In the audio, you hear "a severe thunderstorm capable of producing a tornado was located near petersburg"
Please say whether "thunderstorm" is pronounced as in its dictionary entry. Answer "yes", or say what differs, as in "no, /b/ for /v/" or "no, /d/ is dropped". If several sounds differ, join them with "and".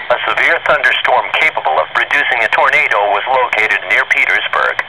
yes